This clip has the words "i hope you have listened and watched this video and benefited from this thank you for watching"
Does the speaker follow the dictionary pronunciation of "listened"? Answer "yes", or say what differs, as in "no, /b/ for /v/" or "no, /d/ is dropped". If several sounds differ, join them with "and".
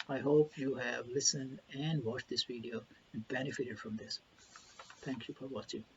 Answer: yes